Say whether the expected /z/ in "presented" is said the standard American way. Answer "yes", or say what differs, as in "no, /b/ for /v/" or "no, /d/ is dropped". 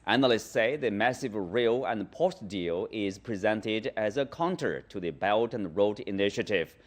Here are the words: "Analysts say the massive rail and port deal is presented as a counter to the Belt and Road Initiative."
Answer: yes